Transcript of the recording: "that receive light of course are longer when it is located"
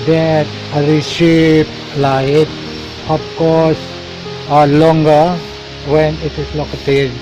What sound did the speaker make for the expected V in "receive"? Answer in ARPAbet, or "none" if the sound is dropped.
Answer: P